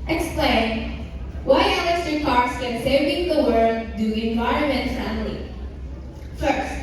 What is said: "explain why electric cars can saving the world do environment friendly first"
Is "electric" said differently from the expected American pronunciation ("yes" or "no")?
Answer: yes